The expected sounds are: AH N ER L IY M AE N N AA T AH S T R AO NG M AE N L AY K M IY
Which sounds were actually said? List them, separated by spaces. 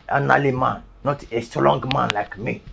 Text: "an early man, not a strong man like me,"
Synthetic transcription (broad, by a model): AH N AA L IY M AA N N AA T AH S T L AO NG M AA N L AY K M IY